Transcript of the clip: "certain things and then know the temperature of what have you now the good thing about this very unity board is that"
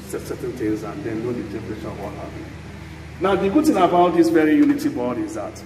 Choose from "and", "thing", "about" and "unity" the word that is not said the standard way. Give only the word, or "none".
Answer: thing